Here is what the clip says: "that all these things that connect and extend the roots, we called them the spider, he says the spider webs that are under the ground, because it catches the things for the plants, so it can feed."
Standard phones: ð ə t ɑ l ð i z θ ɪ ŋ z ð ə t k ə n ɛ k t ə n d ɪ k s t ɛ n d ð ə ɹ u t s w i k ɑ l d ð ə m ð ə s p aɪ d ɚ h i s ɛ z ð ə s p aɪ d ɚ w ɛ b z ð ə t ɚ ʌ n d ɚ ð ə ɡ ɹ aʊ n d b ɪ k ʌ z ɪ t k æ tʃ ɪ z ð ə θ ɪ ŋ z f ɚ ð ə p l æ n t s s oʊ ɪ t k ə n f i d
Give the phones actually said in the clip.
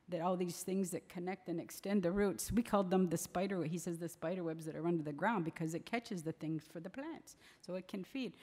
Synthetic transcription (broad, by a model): ð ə t ɑ l ð i z θ ɪ ŋ z ð ə t k ə n ɛ k t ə n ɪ k s t ɛ n ð ə ɹ u t s w i k ɑ l d ð ə m ð ə s p aɪ d ɚ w i s ɛ z ð ə s p aɪ d ɚ w ɛ b z ð ə t ɚ ʌ n d ɚ ð ə ɡ ɹ aʊ n d b ɪ k ʌ z ɪ t k æ tʃ ɪ z ð ə θ ɪ ŋ z f ɚ ð ə p l æ n t s s oʊ ɪ t k ə n f i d